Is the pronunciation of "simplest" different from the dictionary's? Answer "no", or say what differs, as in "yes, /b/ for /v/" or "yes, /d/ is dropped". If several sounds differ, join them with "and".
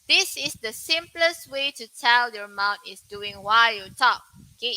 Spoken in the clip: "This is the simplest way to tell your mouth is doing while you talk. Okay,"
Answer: no